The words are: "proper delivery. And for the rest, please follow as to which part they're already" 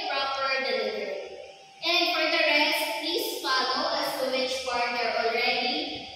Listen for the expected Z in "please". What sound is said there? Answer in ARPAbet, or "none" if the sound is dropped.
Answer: S